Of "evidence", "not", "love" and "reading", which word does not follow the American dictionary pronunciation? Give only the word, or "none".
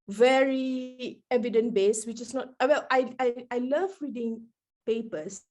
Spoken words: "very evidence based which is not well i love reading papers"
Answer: evidence